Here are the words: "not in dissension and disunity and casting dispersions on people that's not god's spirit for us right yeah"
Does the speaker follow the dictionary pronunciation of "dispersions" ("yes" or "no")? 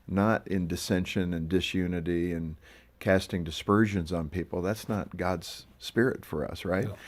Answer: yes